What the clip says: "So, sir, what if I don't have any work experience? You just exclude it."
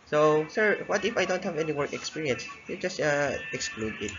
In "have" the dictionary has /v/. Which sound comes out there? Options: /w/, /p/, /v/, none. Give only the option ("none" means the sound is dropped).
/v/